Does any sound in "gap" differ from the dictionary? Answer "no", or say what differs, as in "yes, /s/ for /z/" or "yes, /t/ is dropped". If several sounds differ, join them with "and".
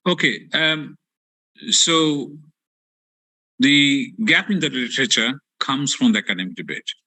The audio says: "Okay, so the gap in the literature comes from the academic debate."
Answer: no